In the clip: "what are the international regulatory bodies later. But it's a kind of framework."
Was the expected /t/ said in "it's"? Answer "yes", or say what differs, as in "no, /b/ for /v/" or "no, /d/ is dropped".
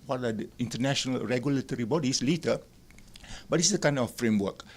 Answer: no, /s/ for /t/